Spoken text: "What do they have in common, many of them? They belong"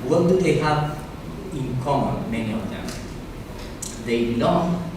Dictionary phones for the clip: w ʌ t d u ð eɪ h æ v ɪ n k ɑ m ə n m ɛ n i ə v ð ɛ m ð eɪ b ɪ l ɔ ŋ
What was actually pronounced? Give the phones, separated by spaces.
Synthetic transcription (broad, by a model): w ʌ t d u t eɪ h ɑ p ɪ n k ɑ m ə n m ɛ n i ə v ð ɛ m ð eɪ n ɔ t